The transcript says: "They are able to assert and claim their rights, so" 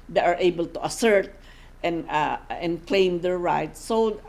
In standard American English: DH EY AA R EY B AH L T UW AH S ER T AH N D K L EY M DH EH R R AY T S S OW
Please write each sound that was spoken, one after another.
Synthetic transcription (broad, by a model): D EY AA R EY B AH L T UW AH S ER T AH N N K L EY M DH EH R R AY T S S OW